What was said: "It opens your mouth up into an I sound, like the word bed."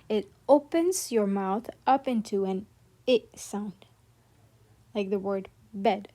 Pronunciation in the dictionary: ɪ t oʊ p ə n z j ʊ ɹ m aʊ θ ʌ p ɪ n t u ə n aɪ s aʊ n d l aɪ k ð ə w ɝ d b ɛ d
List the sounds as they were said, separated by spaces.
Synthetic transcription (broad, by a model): ɪ t oʊ p ə n z j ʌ ɹ m aʊ θ ʌ p ɪ n t u ə n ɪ s aʊ n d l aɪ k ð ə w ɝ d b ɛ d